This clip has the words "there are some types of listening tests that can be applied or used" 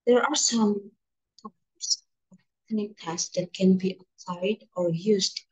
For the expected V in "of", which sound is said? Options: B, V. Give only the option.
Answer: B